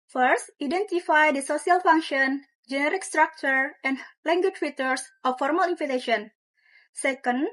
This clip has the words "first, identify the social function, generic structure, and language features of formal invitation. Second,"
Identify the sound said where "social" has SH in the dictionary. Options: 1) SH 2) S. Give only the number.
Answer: 2